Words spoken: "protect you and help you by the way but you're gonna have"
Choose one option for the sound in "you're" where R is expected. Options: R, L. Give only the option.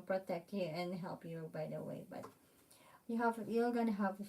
L